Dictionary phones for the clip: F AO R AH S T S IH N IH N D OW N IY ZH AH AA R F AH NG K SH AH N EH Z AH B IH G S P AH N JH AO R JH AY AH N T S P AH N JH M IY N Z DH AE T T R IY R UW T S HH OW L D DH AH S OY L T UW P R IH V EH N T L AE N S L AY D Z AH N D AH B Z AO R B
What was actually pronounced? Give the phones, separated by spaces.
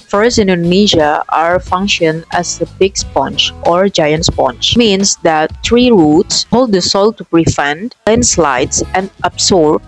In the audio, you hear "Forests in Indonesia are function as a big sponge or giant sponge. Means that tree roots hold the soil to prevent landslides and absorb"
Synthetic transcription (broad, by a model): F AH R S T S IH N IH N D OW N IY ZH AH AA R F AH NG K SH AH N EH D AH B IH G S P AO N CH AO R JH AY AH N T S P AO N CH M IY N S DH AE T T R IY R UW T S HH OW L D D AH S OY L T UW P R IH F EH N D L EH N S L AY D S AH N D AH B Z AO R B